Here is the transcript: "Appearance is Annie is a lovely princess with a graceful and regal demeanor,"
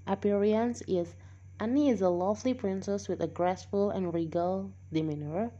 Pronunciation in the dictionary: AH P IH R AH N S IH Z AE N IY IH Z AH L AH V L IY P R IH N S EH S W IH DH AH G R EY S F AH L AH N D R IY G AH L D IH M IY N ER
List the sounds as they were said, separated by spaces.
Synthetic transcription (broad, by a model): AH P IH R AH N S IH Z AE N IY IH Z AH L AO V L IY P R IH N S EH S W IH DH AH G R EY S F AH L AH N R IY G AH L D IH M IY N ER